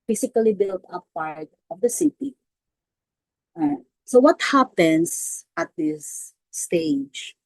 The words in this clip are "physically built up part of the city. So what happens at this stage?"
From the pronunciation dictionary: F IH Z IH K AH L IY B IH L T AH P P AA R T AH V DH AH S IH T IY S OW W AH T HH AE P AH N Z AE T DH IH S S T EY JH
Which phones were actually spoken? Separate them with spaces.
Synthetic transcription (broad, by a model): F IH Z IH K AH L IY B IH L T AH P P AA R T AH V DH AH S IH T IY S OW W AH T HH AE P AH N S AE T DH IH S S T EY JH